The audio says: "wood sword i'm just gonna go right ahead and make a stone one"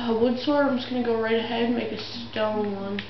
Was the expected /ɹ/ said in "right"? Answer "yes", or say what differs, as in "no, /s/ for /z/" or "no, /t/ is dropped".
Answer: yes